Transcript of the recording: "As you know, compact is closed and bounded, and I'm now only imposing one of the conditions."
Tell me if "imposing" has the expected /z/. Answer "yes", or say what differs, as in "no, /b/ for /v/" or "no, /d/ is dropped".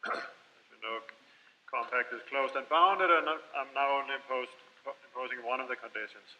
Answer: yes